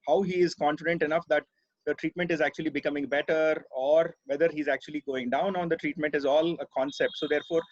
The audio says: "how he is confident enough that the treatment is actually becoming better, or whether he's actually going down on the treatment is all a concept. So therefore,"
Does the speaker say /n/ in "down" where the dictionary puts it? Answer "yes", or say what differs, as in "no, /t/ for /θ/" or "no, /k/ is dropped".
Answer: yes